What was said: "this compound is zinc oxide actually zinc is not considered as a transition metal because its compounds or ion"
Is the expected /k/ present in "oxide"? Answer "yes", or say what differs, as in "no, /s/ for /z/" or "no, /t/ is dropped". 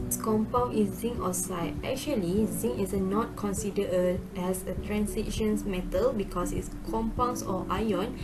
no, /k/ is dropped